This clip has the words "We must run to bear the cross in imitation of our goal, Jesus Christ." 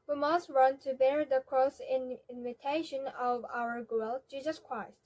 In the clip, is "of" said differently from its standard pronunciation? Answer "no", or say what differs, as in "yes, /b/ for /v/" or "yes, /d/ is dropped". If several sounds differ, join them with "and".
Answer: no